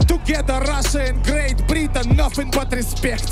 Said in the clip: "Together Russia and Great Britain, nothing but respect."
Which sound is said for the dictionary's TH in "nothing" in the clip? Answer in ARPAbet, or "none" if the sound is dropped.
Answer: F